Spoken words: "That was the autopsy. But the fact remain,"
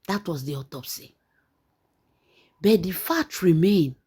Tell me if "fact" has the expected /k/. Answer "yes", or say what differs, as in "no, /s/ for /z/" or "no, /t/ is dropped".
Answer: no, /k/ is dropped